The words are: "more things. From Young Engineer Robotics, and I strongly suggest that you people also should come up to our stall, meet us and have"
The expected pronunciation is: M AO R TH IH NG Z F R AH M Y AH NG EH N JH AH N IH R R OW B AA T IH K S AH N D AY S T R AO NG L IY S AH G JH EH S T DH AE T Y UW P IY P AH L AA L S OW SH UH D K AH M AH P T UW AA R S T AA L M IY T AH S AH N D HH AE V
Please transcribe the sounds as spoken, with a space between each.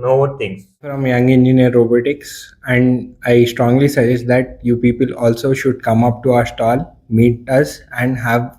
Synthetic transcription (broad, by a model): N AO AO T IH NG F R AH M Y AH NG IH N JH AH N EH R R OW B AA T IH K S AH N D AY S T R AO NG L IY S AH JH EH S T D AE T Y UW P IY P AH L AA L S OW SH UH D K AH M AH P T UW AA R S T AA L M IY T AH S AH N D HH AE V